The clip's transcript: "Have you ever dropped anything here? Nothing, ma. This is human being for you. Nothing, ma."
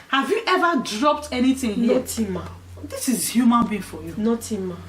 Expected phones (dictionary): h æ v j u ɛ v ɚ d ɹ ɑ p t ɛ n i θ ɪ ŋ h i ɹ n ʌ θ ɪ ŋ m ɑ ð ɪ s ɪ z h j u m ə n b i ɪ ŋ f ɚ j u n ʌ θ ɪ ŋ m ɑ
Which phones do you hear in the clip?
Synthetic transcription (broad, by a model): h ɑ v j u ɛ v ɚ d ɹ ɑ p t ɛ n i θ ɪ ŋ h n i t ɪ m ɑ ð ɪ s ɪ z h j u m ə n b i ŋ f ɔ j u n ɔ t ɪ m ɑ